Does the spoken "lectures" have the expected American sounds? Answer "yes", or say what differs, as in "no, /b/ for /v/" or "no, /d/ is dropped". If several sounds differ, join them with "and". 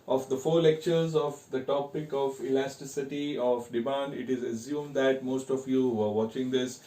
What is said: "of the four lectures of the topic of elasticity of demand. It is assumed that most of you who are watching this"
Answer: yes